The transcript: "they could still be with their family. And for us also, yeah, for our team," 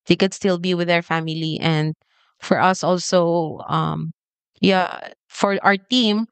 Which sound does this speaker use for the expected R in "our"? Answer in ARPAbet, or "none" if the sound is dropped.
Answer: R